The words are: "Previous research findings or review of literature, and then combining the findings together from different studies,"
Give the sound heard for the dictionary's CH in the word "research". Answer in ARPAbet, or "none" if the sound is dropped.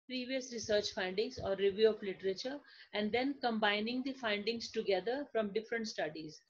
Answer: CH